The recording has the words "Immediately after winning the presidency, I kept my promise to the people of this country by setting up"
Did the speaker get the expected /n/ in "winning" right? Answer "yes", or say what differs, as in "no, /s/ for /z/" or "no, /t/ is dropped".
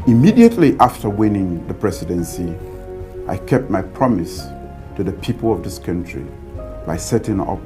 yes